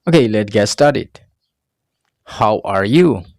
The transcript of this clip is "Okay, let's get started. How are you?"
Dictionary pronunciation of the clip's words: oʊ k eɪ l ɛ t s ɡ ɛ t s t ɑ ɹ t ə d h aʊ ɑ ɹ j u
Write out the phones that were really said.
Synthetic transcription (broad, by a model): oʊ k eɪ l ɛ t ɡ ɛ t s t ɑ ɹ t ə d h aʊ ɑ ɹ j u